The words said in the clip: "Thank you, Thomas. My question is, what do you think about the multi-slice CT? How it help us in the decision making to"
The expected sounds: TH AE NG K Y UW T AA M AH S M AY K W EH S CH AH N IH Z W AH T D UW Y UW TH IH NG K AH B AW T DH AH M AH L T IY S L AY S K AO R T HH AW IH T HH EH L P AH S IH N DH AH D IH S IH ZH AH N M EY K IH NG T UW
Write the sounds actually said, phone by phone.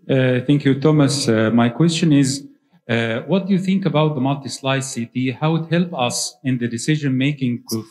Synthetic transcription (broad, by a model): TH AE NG K Y UW T AA M AH S M AY K W EH S CH AH N IH Z W AH T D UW Y UW TH IH NG K AH B AW T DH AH M AH L T IY S L AY S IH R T HH AW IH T HH EH L P AH S IH N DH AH D IH S IH ZH AH N M EY K IH NG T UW